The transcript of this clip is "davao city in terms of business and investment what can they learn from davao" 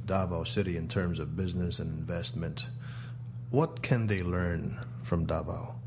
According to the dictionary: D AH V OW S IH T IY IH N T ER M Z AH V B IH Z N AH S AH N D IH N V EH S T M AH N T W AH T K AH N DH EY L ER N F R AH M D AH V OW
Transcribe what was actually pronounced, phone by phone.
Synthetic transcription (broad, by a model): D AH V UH S IH T IY IH N T ER M Z AH V B IH Z N AH S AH N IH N V EH S T M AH N T W AH T K AH N DH EY L ER N F R AH M D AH V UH